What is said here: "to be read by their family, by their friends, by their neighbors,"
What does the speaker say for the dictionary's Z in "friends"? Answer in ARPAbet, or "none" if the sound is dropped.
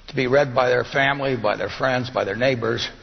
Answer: Z